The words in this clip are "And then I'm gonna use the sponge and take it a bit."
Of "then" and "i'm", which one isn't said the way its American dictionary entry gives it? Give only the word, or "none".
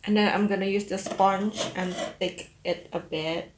then